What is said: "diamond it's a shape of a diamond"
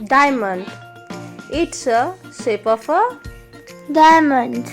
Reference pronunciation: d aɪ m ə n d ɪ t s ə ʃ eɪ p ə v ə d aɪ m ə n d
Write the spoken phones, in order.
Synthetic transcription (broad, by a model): d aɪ m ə n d ɪ t s ə s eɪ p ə f ə d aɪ m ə n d